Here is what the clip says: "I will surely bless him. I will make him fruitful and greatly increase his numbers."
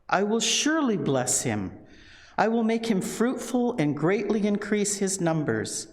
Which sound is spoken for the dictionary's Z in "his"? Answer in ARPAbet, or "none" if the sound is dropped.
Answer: Z